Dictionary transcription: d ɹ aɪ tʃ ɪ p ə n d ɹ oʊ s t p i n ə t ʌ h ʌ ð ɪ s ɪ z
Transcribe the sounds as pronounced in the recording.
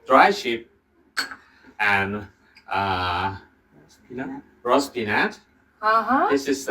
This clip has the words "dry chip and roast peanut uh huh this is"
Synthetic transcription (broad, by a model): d ɹ aɪ ʃ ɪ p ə n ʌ ɹ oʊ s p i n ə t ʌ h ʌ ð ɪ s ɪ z